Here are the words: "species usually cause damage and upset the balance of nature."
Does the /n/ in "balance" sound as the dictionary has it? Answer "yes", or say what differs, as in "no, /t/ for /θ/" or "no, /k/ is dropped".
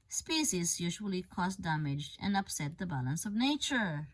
yes